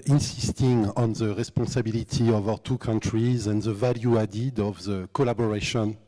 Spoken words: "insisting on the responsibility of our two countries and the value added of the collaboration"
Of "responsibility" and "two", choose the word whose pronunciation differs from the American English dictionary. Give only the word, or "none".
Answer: responsibility